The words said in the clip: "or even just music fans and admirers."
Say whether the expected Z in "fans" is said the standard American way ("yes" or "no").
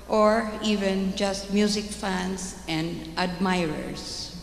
no